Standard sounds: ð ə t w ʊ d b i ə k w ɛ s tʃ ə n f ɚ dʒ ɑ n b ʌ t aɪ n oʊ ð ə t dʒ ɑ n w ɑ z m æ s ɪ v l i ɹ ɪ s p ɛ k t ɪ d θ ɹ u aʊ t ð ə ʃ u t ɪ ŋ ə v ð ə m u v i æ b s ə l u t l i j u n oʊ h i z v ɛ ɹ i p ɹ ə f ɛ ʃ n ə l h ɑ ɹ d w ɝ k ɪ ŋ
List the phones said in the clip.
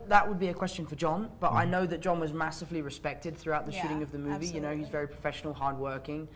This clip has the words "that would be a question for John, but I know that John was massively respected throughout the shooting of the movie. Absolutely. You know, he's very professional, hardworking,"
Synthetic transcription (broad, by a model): ð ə t w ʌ d b i ə k w ɛ s tʃ ə n f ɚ dʒ ɑ n b ʌ t aɪ n oʊ ð ə t dʒ ɑ n w ɑ z m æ s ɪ v l i ɹ ɪ s p ɛ k t ɪ d θ ɹ u aʊ t ð ə ʃ u t ɪ ŋ ə v ð ə m u v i i j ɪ n oʊ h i z v ɛ ɹ i p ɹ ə f ɛ ʃ n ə l h ɑ ɹ d w ɝ k ɪ ŋ